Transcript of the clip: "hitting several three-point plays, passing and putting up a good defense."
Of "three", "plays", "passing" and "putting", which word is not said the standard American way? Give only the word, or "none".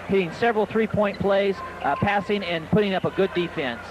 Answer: none